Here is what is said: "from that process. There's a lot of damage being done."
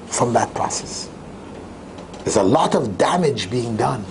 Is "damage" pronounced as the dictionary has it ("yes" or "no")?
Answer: yes